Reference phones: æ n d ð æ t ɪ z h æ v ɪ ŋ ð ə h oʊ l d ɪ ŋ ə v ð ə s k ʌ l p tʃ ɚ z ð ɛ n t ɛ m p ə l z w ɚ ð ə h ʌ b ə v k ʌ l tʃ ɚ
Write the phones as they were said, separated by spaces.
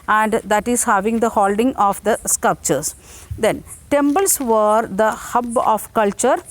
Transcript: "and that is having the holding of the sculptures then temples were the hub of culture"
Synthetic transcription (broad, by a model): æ n d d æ t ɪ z h æ v ɪ ŋ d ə h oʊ l d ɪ ŋ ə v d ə s k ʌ l p tʃ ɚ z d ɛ n t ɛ m b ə l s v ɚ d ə h ʌ b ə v k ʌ l tʃ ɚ